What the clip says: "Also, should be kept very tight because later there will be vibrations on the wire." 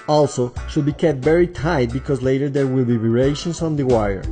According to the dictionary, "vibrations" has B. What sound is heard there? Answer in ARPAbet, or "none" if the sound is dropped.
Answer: none